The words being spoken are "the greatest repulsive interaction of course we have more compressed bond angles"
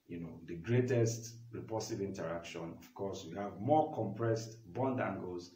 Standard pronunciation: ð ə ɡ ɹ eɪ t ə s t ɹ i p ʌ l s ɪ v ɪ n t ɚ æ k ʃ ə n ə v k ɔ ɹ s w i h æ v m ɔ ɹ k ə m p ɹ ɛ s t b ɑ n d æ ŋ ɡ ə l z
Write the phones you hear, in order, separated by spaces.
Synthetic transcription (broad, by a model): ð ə ɡ ɹ eɪ t ə s t ɹ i p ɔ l s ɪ v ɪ n t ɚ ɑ k ʃ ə n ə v k ɔ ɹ s w i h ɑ v m ɔ k ə m p ɹ ɛ s t b ɑ n d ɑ ŋ ɡ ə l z